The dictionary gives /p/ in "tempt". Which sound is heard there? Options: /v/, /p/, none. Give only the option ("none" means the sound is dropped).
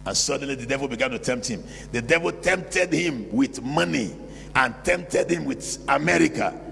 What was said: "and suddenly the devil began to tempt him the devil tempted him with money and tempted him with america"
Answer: /p/